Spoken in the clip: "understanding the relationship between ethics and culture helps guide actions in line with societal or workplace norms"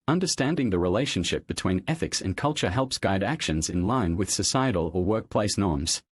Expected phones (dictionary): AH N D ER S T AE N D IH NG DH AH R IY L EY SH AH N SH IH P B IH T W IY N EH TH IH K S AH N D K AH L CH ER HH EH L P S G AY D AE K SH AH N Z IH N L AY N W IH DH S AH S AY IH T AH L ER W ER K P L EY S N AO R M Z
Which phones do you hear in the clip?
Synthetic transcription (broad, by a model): AH N D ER S T AE N D IH NG DH AH R IY L EY SH AH N SH IH P B IH T W IY N EH TH IH K S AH N K AH L CH ER HH EH L P S G AY D AE K SH AH N Z IH N L AY N W IH DH S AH S AY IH T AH L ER W ER K P L EY S N AO R M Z